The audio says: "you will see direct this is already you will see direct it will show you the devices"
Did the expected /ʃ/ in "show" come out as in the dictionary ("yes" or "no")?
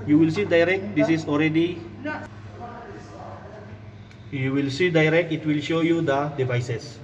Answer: yes